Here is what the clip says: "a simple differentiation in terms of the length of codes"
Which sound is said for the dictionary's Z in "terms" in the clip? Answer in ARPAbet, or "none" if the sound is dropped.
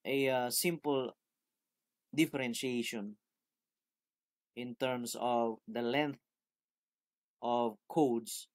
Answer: S